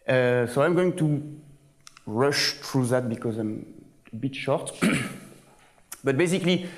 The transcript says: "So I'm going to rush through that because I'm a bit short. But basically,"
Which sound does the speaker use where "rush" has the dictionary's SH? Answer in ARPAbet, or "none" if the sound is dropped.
SH